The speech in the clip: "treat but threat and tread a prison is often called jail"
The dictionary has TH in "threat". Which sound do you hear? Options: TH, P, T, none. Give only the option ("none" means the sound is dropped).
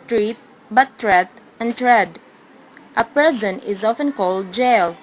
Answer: T